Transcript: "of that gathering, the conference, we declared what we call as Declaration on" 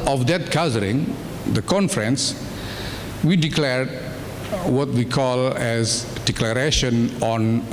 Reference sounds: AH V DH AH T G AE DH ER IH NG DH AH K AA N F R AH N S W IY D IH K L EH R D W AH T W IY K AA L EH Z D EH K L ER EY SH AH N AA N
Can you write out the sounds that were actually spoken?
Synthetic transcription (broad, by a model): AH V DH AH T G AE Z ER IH NG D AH K AA N F R AH N S W IY D IH K L EH R D W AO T W IY K AA L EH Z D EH K L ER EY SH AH N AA N